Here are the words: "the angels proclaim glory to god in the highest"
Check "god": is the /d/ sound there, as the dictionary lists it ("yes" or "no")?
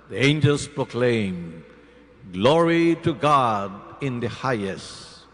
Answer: yes